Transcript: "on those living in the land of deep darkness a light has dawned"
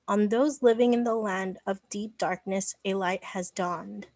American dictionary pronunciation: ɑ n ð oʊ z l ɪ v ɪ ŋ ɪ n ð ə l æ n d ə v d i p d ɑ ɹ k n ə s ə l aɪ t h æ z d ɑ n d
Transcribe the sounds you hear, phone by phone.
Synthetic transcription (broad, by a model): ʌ n ð oʊ z l ɪ v ɪ ŋ ɪ n ð ə l æ n d ə v d i p d ɑ ɹ k n ə s ə l aɪ t h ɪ z d ɑ n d